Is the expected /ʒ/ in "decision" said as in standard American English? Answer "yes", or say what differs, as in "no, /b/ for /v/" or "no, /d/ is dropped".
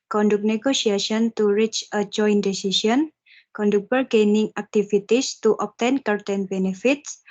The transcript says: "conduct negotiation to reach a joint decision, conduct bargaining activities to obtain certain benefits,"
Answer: no, /s/ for /ʒ/